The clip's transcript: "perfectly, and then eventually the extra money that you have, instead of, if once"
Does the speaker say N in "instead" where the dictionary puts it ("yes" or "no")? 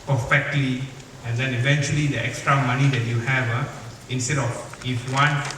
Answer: yes